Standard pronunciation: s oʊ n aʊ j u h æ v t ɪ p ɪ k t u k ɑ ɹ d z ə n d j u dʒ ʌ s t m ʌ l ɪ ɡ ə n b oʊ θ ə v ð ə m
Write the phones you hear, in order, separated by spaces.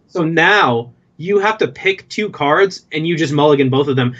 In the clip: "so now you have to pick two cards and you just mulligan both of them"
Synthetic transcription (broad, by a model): s oʊ n aʊ j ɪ h æ f t ɪ p ɪ k t u k ɑ ɹ d z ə n j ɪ dʒ ʌ s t m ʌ l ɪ ɡ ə n b oʊ θ ə v ð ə m